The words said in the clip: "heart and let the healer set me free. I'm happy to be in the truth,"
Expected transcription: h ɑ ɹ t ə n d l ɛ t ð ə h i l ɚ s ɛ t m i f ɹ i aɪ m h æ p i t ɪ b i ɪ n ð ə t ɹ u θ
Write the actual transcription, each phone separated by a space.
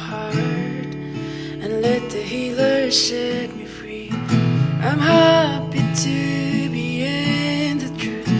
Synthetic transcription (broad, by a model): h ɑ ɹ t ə n l ɛ t ð ə h i l ɚ ʃ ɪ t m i f ɹ i aɪ m h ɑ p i t ɪ b i ɪ n ð ə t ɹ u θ